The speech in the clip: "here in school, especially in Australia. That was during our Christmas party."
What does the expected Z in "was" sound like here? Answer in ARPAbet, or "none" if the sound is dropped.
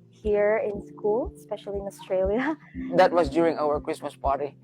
S